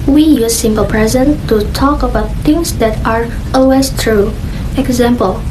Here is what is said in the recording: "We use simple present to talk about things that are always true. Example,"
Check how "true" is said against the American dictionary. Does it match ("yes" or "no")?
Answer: yes